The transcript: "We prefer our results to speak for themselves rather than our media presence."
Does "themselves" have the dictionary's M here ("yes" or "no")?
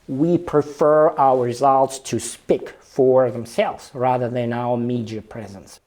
yes